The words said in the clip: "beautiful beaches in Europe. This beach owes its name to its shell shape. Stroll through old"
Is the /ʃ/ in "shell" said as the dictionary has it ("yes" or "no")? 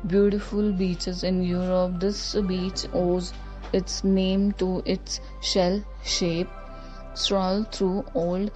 yes